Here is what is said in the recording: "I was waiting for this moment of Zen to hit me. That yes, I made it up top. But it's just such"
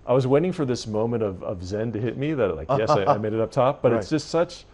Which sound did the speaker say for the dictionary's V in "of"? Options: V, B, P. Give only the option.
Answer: V